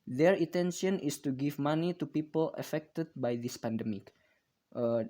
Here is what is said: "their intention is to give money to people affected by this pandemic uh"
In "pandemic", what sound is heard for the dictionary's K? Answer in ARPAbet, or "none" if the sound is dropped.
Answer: K